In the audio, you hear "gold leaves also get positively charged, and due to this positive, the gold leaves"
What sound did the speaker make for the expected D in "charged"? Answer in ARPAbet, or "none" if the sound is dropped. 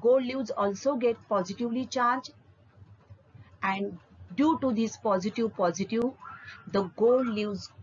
none